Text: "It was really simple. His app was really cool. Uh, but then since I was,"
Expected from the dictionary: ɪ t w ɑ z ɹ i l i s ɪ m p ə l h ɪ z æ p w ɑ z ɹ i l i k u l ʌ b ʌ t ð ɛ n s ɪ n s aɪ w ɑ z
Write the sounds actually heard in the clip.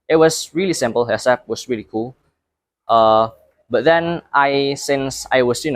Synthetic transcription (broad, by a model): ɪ t w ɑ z ɹ i l i s ɪ m p ə l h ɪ s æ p w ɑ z ɹ i l i k u l ʌ b ʌ t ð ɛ n s ɪ n s aɪ w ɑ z